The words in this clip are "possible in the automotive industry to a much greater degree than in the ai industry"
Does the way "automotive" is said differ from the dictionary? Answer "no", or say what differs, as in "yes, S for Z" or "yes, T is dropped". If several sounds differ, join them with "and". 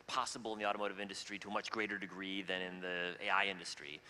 no